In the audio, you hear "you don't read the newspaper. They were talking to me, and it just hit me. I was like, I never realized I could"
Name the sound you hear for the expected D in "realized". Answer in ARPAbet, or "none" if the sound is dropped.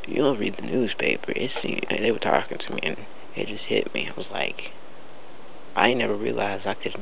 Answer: none